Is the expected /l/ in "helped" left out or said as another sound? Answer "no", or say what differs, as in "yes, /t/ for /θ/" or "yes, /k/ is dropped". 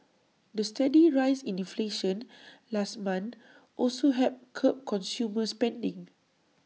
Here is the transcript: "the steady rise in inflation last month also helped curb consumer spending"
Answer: yes, /l/ is dropped